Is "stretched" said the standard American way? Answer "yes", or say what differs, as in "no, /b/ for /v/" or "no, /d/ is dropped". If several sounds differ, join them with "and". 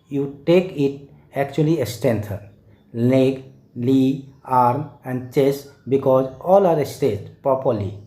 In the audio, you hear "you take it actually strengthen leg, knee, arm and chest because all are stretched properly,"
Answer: no, /ɹ/ is dropped